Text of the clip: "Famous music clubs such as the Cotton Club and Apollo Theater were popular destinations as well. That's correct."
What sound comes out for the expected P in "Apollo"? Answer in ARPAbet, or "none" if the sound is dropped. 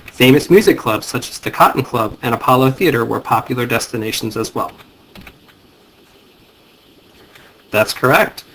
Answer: P